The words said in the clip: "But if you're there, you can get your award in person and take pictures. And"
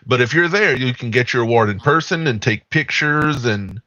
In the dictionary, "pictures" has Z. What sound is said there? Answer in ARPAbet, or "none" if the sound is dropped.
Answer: Z